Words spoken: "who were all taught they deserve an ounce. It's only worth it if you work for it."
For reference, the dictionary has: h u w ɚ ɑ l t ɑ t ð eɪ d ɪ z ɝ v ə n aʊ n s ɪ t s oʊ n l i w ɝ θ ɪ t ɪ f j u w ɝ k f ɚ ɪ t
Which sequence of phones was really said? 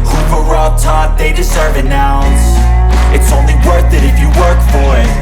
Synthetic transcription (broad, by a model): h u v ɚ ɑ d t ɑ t ð eɪ d ɪ z ɝ v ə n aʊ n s ɪ t s oʊ n l i w ɝ θ ɪ t ɪ f j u w ɝ k f ɚ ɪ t